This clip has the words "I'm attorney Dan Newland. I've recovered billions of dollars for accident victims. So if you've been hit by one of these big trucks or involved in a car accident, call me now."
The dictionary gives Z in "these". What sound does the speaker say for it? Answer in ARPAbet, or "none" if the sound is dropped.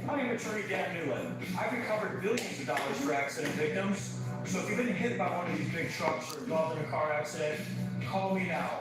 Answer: Z